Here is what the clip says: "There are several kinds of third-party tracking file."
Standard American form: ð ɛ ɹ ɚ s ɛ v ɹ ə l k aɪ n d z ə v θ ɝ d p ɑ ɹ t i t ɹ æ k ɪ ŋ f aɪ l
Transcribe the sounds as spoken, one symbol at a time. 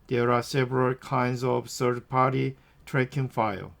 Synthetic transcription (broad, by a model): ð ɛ ɹ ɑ s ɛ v ɹ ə l k aɪ n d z ə v s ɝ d p ɑ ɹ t i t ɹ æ k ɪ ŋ f aɪ l